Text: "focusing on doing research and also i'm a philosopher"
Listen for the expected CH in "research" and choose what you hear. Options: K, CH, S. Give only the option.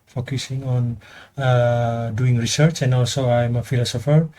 CH